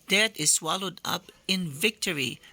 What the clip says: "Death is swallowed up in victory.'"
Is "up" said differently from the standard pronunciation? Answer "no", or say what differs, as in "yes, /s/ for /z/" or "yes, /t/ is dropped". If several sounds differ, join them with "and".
no